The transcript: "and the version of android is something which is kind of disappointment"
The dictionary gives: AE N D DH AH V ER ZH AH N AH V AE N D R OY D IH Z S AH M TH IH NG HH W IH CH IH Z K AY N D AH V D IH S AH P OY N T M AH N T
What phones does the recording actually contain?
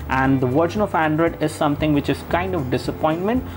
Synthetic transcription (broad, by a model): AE N D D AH V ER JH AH N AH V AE N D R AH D IH Z S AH M T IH NG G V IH CH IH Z K AY N D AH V D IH S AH P OY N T M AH N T